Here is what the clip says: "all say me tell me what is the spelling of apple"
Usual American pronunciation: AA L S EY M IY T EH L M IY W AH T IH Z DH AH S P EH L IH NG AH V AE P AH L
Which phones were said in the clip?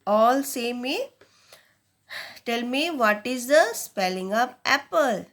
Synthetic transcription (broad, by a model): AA L S EY M IY T EH L M IY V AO T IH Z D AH S P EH L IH NG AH P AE P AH L